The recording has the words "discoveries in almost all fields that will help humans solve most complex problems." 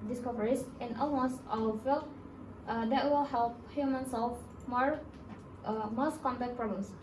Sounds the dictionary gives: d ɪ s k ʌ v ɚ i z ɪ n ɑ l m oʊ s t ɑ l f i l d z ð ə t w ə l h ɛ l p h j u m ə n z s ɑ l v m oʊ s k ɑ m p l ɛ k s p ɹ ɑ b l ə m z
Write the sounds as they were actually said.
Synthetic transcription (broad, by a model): d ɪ s k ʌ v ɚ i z ɪ n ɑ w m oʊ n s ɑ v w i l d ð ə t w ə l h ɛ l p h j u m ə n s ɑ l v m oʊ s k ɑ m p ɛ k p ɹ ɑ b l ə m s